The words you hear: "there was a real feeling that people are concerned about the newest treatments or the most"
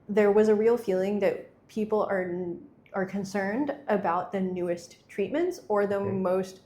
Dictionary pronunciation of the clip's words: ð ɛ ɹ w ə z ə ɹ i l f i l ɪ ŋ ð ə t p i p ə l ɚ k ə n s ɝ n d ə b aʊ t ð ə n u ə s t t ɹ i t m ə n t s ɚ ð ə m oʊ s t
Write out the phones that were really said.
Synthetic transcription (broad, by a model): ð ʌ ɹ w ə z ə ɹ i l f i l ɪ ŋ ð ə t p i p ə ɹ ɚ k ə n s ɝ n d ə b aʊ t ð ə n u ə s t t ɹ i t m ə n t s ɚ ð ə m oʊ s t